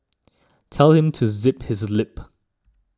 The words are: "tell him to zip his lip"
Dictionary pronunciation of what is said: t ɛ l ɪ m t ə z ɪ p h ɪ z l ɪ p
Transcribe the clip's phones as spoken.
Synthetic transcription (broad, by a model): t ɛ l ɪ m t ə z ɪ p h ɪ z l ɪ p